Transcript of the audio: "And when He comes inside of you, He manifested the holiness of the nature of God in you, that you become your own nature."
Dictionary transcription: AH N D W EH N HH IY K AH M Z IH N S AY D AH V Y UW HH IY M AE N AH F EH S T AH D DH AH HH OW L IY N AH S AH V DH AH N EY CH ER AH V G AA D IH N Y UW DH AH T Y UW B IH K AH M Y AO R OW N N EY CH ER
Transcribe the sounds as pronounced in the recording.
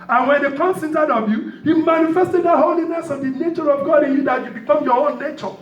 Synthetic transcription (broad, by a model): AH N W EH N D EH K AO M S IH N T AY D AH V Y UW HH IY M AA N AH F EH S T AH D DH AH HH OW L IY N AH S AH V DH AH N EY CH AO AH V G AA D IH N Y UW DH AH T Y UW B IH K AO M Y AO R OW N N EY CH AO